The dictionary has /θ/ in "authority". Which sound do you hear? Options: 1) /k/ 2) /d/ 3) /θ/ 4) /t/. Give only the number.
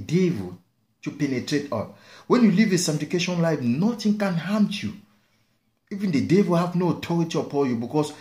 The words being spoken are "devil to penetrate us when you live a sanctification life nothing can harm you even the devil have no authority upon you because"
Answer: 4